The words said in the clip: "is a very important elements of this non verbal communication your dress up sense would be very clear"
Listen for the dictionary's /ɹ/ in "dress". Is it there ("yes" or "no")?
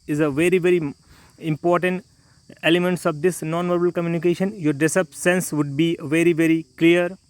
no